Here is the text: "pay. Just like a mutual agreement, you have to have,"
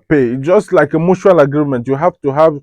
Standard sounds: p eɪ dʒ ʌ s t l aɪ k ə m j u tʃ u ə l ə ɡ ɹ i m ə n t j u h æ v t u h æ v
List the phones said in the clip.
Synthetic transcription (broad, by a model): p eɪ dʒ ʌ s t l aɪ k ə m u ʃ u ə l ə ɡ ɹ i m ə n t j u h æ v t u h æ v